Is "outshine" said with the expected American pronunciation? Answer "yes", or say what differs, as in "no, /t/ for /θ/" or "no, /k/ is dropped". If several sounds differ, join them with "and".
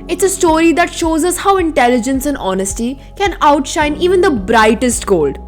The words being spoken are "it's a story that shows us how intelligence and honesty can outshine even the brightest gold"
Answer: yes